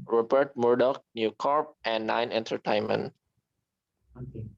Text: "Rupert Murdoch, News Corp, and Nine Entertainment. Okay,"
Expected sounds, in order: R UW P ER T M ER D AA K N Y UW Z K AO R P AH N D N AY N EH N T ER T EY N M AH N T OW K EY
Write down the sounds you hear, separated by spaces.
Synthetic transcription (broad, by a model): R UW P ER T M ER D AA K N Y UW K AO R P AH N D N AY N EH N T ER T EY N M AH N T